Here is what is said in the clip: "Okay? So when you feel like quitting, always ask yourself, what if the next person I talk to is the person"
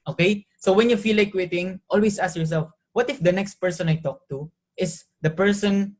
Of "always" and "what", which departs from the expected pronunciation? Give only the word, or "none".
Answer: always